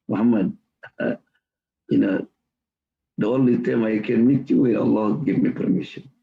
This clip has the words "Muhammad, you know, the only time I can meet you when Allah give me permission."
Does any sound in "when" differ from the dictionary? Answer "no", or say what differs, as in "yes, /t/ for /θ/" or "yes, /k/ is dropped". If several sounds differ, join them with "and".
yes, /n/ is dropped